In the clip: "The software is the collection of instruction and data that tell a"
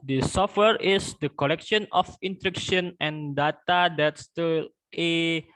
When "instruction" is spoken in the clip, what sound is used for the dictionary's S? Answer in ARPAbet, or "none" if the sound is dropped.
none